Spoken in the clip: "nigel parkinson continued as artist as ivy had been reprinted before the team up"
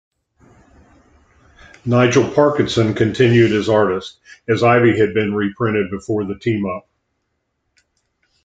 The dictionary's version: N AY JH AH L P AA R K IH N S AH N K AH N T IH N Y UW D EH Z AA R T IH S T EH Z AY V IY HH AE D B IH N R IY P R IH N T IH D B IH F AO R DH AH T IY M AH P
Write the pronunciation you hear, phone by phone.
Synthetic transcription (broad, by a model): N AY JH L P AA R K IH N S AH N K AH N T IH N Y UW D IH Z AA R T IH S T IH Z AY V IY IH D B IH N R IY P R IH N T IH D B IH F AO R DH AH T IY M AH P